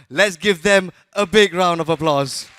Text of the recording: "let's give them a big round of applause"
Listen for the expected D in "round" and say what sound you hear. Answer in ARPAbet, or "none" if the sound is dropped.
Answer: D